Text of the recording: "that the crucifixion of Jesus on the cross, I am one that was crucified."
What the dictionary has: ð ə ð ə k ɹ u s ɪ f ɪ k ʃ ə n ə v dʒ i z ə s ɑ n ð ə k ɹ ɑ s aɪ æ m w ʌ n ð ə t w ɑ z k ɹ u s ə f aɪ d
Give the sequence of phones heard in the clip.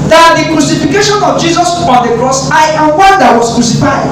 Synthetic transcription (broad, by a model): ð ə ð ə k ɹ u s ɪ f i k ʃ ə n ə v dʒ i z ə s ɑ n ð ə k ɹ ɑ s aɪ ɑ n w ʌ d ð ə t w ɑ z k ɹ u s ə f aɪ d